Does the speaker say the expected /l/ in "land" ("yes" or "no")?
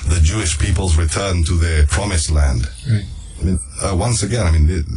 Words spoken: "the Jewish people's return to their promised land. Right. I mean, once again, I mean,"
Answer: yes